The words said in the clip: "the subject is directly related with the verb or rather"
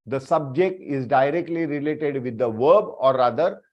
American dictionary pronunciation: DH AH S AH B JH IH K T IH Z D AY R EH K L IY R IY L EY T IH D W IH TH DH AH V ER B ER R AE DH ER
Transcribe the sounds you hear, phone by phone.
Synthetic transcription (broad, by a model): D AH S AH B JH IH K T IH Z D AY R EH K L IY R IY L EY T IH D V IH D AH V ER B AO R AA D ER